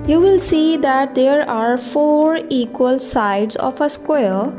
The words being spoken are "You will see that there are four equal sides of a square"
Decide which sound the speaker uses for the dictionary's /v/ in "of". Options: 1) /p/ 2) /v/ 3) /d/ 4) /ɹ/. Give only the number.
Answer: 1